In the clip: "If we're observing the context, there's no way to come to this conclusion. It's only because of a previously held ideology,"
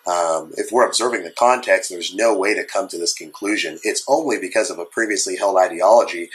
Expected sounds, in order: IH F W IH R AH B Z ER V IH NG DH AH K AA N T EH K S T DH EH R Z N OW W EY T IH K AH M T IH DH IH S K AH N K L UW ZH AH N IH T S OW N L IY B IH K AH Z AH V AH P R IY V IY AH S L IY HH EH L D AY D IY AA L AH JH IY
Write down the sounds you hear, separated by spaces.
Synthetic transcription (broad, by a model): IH F W IH R AH B Z ER V IH NG DH AH K AA N T EH K S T DH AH R Z N OW W EY T IH K AH M T IH DH IH S K AH N K L UW ZH AH N IH T S OW N L IY B IH K AH Z AH V AH P R IY V IY AH S L IY HH EH L D AY D IY AA L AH JH IY